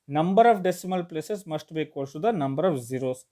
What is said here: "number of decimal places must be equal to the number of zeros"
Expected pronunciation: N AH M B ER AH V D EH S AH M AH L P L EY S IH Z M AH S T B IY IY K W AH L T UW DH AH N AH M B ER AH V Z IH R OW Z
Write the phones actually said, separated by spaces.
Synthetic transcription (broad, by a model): N AH M B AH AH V D EH S AH M AH L P L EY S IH S M AH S T B IY K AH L S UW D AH N AH M B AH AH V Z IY R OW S